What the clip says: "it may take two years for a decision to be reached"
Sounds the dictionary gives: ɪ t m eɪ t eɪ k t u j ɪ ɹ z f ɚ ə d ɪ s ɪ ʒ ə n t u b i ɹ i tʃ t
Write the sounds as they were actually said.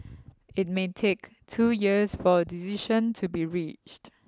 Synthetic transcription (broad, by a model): ɪ t m eɪ t eɪ k t u j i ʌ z f ə d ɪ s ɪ ʃ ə n t u b i ɹ i tʃ t